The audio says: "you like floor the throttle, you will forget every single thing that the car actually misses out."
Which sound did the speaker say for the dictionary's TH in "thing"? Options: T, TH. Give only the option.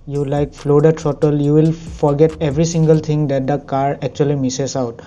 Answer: T